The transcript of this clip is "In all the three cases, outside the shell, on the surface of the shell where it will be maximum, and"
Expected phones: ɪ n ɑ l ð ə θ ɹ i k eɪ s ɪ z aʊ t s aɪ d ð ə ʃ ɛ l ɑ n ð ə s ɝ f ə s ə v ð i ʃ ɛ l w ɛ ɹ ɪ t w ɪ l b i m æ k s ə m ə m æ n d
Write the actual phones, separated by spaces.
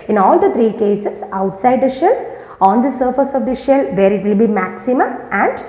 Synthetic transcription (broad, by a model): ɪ n ɑ l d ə t ɹ i k eɪ s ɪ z aʊ t s aɪ d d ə ʃ ɛ l ɑ n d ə s ɝ f ə s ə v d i ʃ ɛ l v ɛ ɹ ɪ t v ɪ l b i m æ k s ə m ə m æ n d